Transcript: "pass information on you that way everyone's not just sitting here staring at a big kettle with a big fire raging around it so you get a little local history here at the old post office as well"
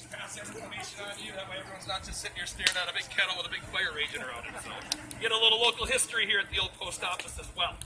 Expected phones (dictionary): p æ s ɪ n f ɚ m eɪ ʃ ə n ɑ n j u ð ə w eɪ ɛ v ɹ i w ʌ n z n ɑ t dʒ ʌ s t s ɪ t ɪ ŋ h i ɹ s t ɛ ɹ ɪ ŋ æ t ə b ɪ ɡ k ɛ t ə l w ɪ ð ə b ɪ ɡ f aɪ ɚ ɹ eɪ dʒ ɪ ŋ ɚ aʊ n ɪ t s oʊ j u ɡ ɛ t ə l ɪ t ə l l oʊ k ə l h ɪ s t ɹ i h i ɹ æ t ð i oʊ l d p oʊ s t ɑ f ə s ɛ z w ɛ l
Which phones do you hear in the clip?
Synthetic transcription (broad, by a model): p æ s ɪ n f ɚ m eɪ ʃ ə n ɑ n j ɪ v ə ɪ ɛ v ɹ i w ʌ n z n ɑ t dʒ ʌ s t s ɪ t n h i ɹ s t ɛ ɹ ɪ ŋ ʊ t ə b ɪ ɡ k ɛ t l w ɪ ð ə b ɪ ɡ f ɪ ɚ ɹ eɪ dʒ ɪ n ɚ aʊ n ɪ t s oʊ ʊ ɡ ɛ t ə l ɪ t l l oʊ k l h ɪ s t ɹ i h i ɹ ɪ t ð i oʊ l d p oʊ s t ɑ f ə s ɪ z w ɛ l